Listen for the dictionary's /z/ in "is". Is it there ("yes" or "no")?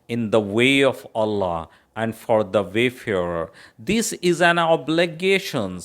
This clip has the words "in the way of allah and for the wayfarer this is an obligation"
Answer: yes